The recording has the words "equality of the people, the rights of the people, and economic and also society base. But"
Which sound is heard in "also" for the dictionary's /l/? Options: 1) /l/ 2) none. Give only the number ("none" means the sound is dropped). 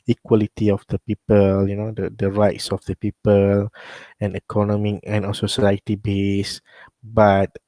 2